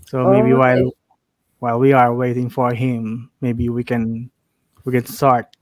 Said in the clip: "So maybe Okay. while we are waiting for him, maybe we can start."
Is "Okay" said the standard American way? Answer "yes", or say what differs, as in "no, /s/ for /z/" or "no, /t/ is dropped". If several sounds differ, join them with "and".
no, /k/ is dropped